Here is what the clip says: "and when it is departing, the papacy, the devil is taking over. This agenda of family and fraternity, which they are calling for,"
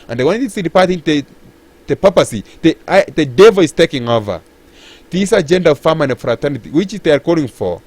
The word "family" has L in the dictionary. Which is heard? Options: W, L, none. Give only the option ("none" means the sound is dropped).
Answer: none